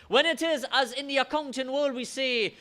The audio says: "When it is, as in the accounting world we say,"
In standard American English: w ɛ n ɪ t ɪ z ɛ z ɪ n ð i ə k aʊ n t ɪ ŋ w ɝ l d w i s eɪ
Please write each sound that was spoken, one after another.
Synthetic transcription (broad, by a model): w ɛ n ɪ t ɪ z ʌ z ɪ n ð i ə k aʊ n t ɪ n w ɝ l d w i s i